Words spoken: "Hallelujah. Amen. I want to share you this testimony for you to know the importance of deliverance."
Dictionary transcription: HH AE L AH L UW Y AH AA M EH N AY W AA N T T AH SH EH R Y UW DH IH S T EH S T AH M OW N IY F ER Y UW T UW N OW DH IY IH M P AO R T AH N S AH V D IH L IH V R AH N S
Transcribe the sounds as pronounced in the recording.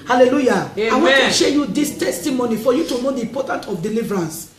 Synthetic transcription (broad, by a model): HH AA L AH L UW Y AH AA IH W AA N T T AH SH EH Y UW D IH S T EH S T AH M OW N IY F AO Y UW T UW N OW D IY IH M P AO T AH N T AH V D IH L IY V R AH N S